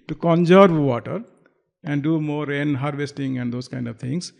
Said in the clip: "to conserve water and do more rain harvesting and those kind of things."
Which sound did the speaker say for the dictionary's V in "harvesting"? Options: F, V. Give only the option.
V